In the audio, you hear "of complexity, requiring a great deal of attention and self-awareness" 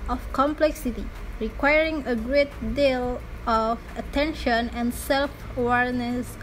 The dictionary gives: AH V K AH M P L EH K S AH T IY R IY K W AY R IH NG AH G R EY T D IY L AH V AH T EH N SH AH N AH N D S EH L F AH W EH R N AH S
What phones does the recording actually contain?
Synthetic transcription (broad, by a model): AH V K AH M P L EH K S AH T IY R IY K W AY R IH NG AH G R EY T D IY L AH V AH T EH N SH AH N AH N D S EH L F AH W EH R N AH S